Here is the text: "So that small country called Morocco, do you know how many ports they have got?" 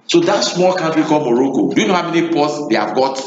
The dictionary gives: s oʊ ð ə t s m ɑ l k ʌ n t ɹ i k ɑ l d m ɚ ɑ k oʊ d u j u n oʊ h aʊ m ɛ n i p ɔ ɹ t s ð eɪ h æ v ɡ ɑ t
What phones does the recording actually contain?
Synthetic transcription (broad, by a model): s oʊ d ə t s m ɑ l k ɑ n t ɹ i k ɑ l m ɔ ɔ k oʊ d u j u n oʊ h aʊ m ɛ n i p ɔ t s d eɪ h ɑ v ɡ ɑ t